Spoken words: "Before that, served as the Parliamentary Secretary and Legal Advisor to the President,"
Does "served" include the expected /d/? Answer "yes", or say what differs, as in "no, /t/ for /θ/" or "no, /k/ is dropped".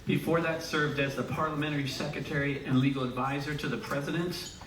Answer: yes